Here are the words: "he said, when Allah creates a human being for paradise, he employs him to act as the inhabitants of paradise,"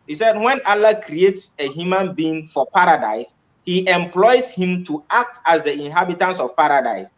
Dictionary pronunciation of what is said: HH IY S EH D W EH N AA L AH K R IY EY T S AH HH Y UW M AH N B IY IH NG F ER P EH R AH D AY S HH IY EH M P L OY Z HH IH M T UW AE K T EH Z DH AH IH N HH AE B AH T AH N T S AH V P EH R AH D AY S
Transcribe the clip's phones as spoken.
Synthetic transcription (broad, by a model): HH IY S EH D W EH N AA L AH K R IY EY T S AH HH Y UW M AH N B IY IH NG F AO P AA R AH D AY S HH IY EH M P L OY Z HH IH M T UW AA K T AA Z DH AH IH N HH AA B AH T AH N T S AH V P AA R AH D AY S